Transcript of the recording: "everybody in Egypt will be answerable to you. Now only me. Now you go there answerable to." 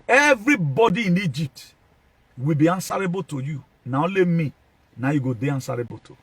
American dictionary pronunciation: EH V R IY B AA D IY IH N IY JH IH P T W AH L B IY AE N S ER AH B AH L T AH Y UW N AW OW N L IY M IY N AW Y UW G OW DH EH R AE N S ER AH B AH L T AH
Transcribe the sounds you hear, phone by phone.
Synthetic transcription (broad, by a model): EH V R IY B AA D IY IH N IY JH IH P T W AH L B IY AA N S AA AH B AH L T AH Y UW N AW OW L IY M IY N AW Y UW G OW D EH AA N S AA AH B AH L T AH